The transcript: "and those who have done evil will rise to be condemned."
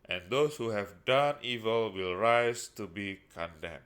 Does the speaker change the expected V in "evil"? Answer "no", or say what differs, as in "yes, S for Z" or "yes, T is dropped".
no